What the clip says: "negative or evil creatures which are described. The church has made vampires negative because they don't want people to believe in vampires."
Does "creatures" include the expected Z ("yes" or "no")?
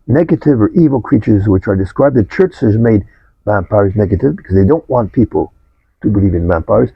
yes